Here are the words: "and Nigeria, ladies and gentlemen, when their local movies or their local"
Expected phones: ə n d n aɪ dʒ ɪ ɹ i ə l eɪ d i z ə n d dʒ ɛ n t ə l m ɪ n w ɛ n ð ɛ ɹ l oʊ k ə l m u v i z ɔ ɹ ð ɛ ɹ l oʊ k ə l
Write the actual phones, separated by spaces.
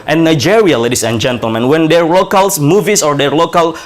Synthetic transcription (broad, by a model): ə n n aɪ dʒ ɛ ɹ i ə l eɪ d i s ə n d dʒ ɛ n t ə l m ɪ n w ɛ n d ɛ ɹ l oʊ k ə l m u v i s ɔ ɹ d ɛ ɹ l oʊ k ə l